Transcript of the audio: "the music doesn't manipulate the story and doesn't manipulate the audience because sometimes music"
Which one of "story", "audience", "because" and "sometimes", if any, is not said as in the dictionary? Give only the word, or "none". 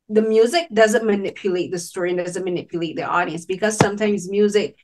none